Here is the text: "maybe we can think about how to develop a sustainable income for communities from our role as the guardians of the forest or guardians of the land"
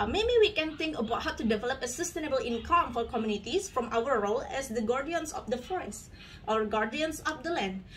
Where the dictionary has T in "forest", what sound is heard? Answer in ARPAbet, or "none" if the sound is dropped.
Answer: T